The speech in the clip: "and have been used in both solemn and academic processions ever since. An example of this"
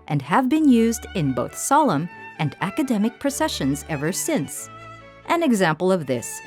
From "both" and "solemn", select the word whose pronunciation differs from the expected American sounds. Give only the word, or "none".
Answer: none